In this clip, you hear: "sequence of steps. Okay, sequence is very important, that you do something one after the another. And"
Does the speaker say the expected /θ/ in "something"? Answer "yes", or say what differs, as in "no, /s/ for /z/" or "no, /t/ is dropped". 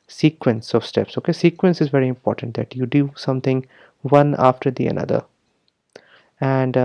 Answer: no, /t/ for /θ/